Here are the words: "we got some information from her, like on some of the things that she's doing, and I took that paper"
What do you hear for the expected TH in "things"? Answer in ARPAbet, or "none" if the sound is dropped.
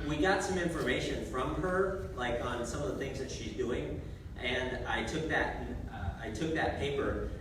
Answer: TH